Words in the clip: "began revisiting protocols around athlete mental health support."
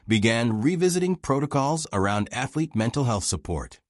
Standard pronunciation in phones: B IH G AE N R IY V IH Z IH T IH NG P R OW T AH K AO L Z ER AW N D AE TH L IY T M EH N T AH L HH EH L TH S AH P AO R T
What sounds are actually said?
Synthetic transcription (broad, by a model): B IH G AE N R IY V IH Z IH T IH NG P R OW T AH K AO L Z ER AW N D AE TH L IY T M EH N T L HH EH L TH S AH P AO R T